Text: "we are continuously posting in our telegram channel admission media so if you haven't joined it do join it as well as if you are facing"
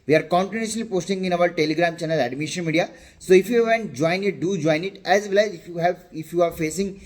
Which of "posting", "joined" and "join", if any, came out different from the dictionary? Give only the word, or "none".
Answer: joined